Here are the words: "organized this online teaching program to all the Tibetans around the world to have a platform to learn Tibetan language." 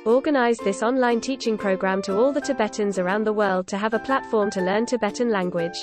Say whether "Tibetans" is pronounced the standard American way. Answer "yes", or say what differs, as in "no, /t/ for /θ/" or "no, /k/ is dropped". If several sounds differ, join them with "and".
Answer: yes